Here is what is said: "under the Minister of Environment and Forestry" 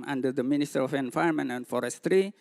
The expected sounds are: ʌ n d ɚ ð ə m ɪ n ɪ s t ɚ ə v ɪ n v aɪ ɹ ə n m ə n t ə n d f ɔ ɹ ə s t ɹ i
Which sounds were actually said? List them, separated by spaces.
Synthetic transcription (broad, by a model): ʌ n d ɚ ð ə m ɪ n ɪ s t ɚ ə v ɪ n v aɪ ə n m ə n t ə n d f ɔ ɹ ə s t ɹ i